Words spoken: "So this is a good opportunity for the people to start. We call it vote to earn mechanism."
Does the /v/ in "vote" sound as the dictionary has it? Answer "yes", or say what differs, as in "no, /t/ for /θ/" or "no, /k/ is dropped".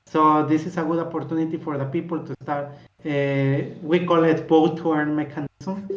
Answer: no, /b/ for /v/